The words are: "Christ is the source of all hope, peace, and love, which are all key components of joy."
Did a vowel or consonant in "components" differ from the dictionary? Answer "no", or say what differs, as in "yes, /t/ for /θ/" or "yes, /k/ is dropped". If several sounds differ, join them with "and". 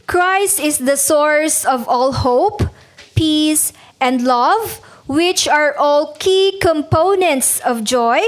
no